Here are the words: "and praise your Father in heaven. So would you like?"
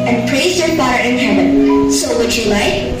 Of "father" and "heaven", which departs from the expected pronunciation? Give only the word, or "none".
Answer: father